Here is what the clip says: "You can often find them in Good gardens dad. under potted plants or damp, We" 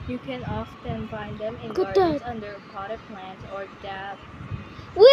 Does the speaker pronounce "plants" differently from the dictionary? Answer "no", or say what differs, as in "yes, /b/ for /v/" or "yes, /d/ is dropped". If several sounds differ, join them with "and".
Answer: yes, /s/ is dropped